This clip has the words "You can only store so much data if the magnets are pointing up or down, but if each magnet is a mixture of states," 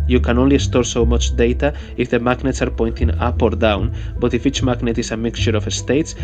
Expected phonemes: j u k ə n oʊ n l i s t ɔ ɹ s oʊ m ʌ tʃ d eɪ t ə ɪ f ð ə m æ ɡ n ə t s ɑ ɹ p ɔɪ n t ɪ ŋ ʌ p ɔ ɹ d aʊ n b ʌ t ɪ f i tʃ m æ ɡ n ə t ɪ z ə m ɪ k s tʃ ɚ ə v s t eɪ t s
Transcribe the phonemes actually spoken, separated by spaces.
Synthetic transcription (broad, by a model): j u k ə n oʊ n l i s t ɔ ɹ s oʊ m ʌ tʃ d eɪ t ə ɪ f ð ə m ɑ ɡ n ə t s ɑ ɹ p ɔɪ n t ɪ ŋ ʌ p ɔ ɹ d aʊ n b ʌ t ɪ f i tʃ m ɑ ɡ n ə t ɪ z ə m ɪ k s tʃ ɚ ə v s t eɪ t s